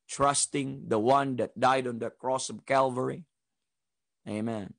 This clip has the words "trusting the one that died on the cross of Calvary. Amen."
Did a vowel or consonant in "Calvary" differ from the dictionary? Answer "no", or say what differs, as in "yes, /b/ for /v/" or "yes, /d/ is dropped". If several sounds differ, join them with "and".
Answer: no